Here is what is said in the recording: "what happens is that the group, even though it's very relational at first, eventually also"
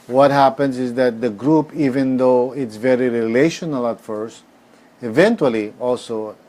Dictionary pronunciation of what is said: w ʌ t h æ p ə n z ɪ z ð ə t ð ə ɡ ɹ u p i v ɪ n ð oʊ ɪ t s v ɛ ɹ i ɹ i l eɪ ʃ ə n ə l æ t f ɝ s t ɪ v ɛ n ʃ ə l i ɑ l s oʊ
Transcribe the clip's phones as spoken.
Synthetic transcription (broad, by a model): w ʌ t h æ p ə n s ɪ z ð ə t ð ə ɡ ɹ u p i v ɪ n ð oʊ ɪ t s v ɛ ɹ i ɹ i l eɪ ʃ ə n ə l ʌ t f ɝ s t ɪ v ɛ n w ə l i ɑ l s oʊ